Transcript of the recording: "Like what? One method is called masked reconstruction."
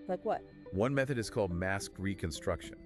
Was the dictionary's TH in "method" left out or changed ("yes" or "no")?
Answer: no